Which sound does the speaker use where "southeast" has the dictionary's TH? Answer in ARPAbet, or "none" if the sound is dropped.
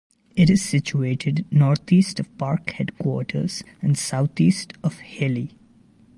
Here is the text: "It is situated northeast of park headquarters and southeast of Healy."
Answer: T